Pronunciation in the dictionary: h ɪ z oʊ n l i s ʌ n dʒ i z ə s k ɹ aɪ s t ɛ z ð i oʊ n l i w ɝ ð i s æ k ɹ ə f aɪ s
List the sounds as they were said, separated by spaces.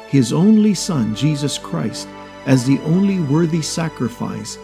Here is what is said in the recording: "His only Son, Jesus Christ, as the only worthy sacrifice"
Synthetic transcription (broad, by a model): h ɪ z oʊ n l i s ʌ n dʒ i z ə s k ɹ aɪ s t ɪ z ð i oʊ n l i w ɝ ð i s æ k ɹ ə f aɪ s